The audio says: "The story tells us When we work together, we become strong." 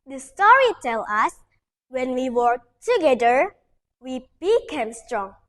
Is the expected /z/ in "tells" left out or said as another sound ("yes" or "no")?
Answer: yes